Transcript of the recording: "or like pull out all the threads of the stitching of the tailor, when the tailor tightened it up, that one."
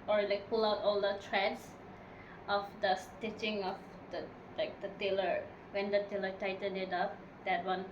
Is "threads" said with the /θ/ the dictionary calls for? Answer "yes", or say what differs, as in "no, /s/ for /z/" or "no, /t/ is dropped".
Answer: no, /t/ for /θ/